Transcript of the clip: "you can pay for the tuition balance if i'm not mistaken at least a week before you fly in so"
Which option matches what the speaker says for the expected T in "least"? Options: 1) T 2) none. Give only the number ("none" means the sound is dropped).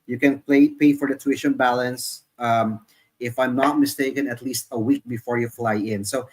1